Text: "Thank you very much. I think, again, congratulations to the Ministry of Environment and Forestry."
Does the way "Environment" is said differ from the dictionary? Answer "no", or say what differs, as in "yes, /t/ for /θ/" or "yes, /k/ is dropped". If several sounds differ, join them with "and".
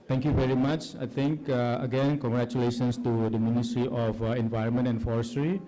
no